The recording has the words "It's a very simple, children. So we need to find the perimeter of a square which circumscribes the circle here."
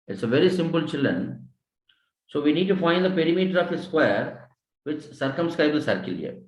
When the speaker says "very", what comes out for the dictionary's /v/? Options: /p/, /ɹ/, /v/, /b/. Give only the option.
/v/